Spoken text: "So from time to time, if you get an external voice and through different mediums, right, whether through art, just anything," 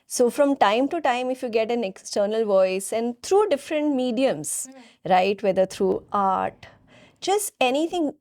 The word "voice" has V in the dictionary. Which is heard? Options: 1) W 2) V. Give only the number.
2